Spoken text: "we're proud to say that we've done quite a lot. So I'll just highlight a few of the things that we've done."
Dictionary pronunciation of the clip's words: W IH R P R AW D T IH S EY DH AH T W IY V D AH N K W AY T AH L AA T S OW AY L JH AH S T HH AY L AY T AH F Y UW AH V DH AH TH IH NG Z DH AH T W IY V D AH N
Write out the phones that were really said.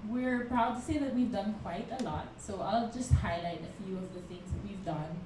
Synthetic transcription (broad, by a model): W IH R P R AW D T IH S EY DH AH T W IY V D AH N K W AY T AH L AA T S OW AY L JH AH S T HH AY L AY T AH F Y UW AH V DH AH TH IH NG Z DH AH T W IY V D AH N